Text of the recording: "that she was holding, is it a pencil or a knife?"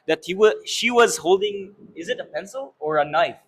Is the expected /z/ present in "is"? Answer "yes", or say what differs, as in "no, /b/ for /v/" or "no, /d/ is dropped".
yes